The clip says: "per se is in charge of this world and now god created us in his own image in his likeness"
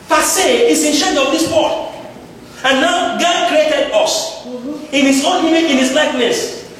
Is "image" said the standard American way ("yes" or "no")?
no